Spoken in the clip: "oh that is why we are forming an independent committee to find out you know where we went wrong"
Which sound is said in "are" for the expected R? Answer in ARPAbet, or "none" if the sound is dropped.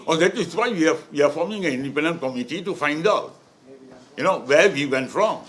W